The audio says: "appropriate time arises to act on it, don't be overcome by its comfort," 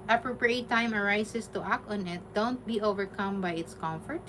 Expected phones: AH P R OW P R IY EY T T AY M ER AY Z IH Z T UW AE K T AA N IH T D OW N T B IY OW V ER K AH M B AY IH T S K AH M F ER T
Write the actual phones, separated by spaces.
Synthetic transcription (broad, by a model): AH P R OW P R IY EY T T AY M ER AY S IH S T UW AE K T AA N IH T D OW N T B IY OW V ER K AH M B AY IH T S K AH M F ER T